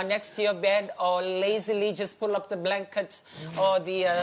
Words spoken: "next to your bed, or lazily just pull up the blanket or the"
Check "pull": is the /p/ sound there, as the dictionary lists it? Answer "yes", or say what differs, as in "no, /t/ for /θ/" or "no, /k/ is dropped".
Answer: yes